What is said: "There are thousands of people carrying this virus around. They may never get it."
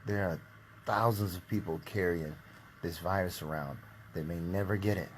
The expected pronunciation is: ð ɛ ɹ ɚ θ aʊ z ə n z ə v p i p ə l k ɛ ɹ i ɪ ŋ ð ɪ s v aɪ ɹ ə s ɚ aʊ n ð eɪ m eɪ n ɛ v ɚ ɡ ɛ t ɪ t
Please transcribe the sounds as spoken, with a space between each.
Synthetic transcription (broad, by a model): ð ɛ ɹ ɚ θ aʊ z ə n z ə v p i p l k ɛ ɹ i ɪ ŋ ð ɪ s v aɪ ɹ ə s ɚ aʊ n ð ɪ m eɪ n ɛ v ɚ ɡ ɛ t ɪ t